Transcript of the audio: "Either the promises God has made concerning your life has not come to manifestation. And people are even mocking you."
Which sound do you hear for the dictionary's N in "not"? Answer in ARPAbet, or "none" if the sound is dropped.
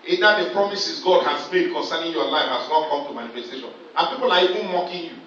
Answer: L